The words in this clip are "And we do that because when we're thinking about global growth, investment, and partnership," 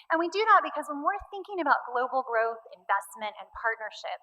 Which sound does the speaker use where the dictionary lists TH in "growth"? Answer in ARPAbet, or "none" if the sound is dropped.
TH